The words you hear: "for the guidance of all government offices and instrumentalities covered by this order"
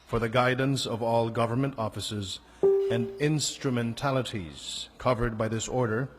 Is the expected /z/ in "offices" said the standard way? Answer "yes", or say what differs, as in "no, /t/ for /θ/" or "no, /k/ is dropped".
yes